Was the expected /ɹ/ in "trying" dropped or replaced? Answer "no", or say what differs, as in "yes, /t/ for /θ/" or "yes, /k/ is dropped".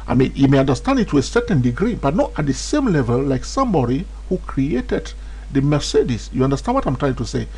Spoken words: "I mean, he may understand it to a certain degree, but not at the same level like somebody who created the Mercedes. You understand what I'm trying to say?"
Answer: no